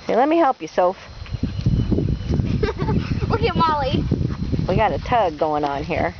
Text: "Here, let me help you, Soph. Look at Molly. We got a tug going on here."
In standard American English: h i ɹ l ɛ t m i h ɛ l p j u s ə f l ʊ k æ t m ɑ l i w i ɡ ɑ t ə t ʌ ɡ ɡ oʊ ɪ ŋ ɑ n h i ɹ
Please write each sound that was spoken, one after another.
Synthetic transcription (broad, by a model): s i l ɛ t m i h ɛ l p j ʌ s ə f w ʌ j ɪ m ɑ l i w i ɡ ɑ t ə t ʌ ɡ ɡ oʊ ɪ ŋ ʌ n h i ɹ